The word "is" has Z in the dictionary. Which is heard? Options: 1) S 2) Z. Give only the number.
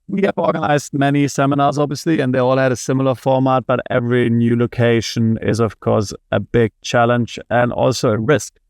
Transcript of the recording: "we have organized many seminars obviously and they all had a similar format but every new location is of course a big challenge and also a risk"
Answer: 2